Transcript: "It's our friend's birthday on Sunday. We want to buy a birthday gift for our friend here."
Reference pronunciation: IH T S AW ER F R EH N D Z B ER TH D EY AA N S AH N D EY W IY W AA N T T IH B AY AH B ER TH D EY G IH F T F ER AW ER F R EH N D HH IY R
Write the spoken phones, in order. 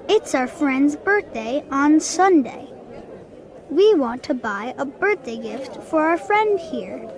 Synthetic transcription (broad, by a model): IH T S AW ER F R EH N D Z B ER TH D EY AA N S AH N D EY W IY W AA N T T IH B AY AH B ER TH D EY G IH F T F ER AW ER F R EH N D HH IY R